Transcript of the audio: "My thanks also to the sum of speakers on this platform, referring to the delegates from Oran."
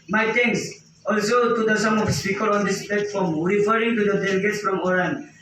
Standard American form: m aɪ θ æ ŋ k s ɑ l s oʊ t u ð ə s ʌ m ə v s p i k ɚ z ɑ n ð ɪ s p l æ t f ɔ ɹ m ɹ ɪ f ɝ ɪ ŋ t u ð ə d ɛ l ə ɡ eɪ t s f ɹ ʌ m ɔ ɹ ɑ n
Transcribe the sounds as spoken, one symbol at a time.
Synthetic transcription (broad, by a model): m aɪ t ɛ ŋ k s ɑ l s oʊ t u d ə s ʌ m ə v s p i k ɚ ɑ n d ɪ s p l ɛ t f ɔ m ɹ ɪ f ɝ ɪ ŋ t u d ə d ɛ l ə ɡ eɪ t s f ɹ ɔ m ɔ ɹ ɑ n